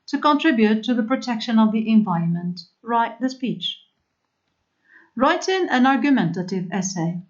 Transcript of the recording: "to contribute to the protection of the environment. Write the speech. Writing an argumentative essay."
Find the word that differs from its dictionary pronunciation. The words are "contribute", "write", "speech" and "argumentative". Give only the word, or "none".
none